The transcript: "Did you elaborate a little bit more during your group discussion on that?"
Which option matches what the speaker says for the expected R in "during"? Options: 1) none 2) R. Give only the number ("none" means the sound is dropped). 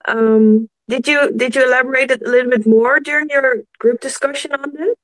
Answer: 2